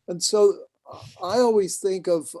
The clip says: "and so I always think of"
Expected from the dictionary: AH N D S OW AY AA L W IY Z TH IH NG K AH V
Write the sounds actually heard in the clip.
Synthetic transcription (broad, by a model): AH N S OW AY AA L W IY Z TH IH NG K AH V